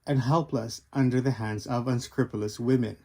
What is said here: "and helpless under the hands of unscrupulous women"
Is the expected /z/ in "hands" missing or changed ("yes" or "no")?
no